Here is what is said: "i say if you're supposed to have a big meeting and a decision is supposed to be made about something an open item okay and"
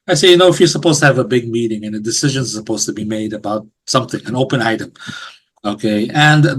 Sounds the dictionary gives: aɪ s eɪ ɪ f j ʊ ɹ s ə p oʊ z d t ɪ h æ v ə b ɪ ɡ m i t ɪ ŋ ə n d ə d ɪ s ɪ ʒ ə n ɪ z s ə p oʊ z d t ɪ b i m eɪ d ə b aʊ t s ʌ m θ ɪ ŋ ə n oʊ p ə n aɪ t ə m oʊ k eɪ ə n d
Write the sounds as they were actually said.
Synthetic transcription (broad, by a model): aɪ s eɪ ɪ f j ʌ ɹ s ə p oʊ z t ɪ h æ v ə b ɪ ɡ m i t ɪ ŋ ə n ə d ɪ s ɪ ʒ ə n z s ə p oʊ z t ɪ b i m eɪ d ə b aʊ t s ʌ m θ ɪ ŋ ə n oʊ p ə n aɪ t ə m oʊ k eɪ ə n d